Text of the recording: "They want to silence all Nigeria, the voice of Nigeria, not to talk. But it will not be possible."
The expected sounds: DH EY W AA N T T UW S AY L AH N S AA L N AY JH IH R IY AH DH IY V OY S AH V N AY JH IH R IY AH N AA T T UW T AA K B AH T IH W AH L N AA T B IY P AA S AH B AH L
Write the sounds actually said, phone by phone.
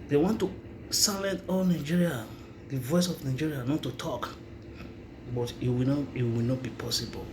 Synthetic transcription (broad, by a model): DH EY W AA N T T UW S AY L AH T AA L N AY JH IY R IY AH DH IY V OY S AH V N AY JH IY R IY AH N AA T T UW T AA K B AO T IH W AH W N AA T B IY P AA S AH B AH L